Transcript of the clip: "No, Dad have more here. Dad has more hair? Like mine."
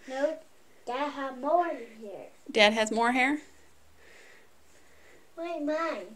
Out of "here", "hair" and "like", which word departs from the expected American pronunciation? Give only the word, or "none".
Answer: like